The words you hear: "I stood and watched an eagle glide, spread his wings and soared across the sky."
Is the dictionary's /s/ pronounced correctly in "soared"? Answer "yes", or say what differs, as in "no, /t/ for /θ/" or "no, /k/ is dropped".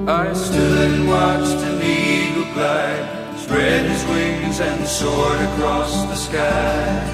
yes